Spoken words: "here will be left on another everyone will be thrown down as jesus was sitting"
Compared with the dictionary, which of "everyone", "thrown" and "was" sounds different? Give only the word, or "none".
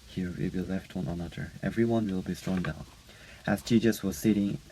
thrown